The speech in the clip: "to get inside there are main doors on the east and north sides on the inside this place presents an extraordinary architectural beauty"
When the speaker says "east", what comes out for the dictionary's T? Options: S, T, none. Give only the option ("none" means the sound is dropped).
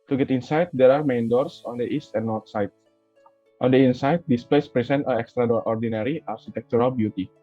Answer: T